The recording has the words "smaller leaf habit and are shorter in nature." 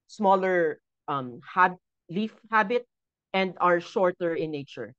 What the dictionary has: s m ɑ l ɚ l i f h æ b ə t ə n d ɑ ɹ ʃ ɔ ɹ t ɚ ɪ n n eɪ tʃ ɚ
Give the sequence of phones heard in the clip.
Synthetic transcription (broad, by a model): s m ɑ l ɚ l i f h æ b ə t ə n d ɑ ɹ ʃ ɔ ɹ t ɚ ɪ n n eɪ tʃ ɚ